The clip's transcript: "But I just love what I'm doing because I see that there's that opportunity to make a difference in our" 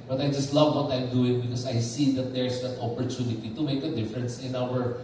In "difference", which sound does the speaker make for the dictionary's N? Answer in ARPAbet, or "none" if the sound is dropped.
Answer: N